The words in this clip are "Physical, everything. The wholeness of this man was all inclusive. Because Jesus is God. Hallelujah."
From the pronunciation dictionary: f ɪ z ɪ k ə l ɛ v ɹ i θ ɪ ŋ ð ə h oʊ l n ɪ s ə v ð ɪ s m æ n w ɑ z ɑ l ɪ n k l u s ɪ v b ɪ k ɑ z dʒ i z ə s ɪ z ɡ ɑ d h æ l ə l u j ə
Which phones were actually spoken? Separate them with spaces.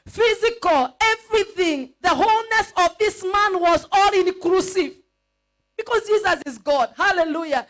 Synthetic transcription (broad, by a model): f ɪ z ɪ k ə l ɛ v ɹ i θ ɪ ŋ ð ə h oʊ l n ɪ s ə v ð ɪ s m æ n w ɑ z ɑ l ɪ n k l u s ɪ v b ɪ k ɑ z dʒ i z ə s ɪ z ɡ ɑ d h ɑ l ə l u j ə